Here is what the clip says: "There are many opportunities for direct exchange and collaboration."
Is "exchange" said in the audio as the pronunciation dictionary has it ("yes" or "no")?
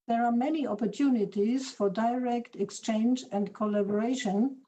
yes